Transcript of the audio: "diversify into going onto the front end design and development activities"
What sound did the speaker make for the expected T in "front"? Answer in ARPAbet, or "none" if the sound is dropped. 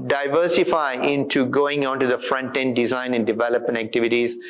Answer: T